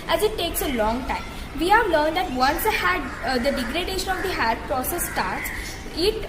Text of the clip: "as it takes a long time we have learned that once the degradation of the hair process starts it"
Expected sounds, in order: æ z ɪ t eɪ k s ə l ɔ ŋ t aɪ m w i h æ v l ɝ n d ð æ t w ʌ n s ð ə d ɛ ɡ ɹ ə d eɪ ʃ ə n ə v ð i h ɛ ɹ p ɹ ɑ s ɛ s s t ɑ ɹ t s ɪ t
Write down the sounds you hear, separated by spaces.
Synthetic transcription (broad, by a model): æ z ɪ t eɪ k s ə l ɔ ŋ t aɪ m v i h æ v l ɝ n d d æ t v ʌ n s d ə d ɛ ɡ ɹ ə d eɪ ʃ ə n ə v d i h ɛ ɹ p ɹ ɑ s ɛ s s t ɑ ɹ t s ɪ t